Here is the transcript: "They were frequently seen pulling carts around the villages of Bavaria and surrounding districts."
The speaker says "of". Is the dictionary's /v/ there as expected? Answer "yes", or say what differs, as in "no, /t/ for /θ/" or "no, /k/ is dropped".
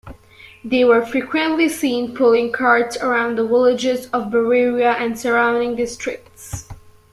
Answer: yes